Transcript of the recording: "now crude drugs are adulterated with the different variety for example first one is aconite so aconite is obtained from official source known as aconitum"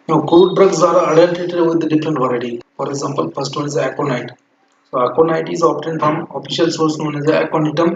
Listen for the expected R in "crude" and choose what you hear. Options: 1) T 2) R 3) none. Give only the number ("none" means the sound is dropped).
3